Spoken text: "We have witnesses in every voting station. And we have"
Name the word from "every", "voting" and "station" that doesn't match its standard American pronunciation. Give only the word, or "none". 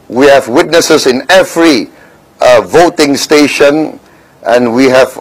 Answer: none